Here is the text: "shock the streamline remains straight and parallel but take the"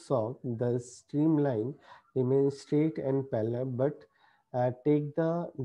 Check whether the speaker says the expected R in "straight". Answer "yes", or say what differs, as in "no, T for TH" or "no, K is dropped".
yes